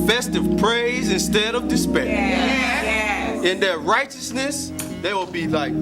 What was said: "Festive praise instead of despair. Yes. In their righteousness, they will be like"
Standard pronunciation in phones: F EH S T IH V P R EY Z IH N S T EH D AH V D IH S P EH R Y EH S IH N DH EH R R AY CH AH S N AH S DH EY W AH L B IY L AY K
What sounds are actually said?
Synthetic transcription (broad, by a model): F EH S T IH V P R EY Z IH N S T EH D AH V D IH S P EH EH IH N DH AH R R AY CH AH S N AH S DH EY W AH L B IY L AY K